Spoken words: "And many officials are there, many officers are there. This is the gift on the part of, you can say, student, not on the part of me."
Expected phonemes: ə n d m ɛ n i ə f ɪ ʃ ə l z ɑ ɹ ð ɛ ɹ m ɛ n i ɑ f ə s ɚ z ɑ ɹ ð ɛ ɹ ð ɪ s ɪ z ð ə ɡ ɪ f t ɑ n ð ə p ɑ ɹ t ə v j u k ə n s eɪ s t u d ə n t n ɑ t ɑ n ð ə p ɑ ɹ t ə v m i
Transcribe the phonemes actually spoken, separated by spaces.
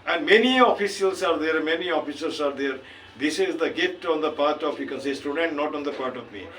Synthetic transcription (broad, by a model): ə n d m ɛ n i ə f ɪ s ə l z ɑ ɹ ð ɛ ɹ m ɛ n i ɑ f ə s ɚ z ɑ ɹ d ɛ ɹ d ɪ s ɪ z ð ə ɡ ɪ t ɑ n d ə p ɑ ɹ t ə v j u k ə n s eɪ s t u d ə n t n ɑ t ɑ n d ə p ɑ ɹ t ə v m i